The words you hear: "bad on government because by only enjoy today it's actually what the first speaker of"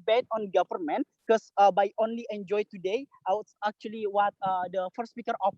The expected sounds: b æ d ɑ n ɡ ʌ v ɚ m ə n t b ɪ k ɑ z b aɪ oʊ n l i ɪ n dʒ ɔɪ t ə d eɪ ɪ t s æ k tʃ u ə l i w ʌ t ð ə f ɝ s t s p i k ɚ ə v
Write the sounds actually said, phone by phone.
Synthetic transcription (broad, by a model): b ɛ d ɑ n ɡ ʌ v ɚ m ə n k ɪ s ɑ b aɪ oʊ n l i ɪ n dʒ ɔɪ t ə d eɪ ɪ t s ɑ k tʃ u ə l i w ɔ t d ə f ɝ t s p i k ɚ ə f